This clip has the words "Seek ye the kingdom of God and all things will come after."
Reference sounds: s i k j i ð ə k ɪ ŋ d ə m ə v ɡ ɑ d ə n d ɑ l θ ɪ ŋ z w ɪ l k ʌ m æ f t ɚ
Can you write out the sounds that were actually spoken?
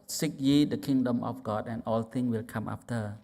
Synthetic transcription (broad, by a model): s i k j i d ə k ɪ ŋ d ə m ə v ɡ ɑ d ə n d ɑ l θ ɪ ŋ w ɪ l k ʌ m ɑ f t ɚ